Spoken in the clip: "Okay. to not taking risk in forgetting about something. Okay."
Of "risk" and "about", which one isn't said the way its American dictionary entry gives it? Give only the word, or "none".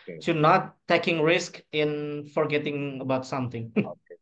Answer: none